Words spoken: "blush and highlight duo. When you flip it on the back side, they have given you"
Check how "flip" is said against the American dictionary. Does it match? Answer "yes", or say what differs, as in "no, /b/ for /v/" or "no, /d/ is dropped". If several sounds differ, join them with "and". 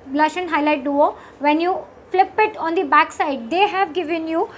yes